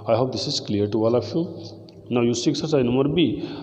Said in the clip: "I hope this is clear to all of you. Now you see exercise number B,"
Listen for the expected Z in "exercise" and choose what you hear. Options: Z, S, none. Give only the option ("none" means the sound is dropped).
none